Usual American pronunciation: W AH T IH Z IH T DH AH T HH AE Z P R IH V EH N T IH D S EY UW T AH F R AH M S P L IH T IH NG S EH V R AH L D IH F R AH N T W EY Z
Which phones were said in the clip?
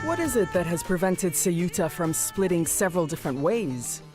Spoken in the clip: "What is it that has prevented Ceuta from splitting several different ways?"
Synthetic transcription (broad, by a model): W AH T IH Z IH T DH AH T HH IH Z P R IH V EH N T IH D S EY UW T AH F R AH M S P L IH T IH NG S EH V R AH L D IH F R AH N T W EY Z